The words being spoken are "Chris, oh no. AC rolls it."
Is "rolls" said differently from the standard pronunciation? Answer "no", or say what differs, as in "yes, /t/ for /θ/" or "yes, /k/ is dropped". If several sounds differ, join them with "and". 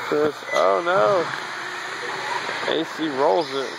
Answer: no